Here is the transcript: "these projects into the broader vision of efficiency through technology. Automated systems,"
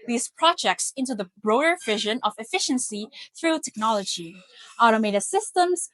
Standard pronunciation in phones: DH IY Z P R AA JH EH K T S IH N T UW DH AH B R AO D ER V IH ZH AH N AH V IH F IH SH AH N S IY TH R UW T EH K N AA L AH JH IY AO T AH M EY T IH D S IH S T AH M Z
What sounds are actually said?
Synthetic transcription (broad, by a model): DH IY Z P R AA JH EH K T S IH N T UW DH AH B R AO D ER V IH ZH AH N AH V IH F IH SH AH N S IY TH R UW T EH K N AA L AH JH IY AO T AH M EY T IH S IH S T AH M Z